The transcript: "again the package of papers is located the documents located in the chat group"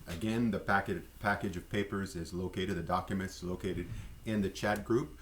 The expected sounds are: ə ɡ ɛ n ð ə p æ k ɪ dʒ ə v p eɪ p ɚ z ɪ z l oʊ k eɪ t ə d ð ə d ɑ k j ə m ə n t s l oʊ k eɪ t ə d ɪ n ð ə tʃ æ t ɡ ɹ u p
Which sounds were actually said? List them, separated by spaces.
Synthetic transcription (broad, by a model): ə ɡ ɛ n ð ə p æ k ɪ dʒ ə v p eɪ p ɚ z ɪ z l oʊ k eɪ t ə d ð ə d ɑ k j ə m ə n t s l oʊ k eɪ t ə d ɪ n ð ə tʃ æ t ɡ ɹ u p